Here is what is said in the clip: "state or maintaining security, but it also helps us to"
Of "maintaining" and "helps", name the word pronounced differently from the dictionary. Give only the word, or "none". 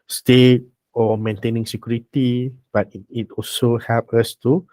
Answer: helps